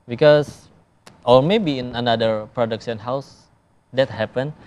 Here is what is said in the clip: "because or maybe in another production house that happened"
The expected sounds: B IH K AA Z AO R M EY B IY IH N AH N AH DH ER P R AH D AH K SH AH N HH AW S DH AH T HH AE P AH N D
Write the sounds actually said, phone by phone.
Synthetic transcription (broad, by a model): B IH K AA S AO R M EY B IY IH N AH N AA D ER P R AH D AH K S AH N HH AW S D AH T HH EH P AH N